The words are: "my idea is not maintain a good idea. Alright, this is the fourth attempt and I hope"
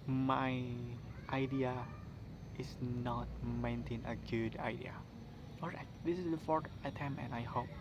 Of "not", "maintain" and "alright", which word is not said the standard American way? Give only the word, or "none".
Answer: alright